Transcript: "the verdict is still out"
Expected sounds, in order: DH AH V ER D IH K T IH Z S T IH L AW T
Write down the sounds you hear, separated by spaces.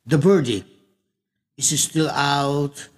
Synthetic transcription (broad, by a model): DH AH B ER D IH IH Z S T IH L AW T